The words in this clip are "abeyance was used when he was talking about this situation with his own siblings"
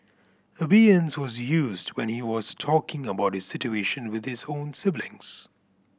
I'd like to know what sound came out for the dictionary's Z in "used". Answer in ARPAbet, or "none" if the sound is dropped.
Z